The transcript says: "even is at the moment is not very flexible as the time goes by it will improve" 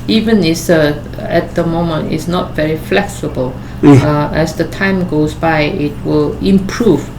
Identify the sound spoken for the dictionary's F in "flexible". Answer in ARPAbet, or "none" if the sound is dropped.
F